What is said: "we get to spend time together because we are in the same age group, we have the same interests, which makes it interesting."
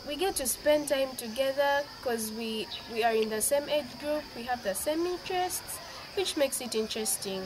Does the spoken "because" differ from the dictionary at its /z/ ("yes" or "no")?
yes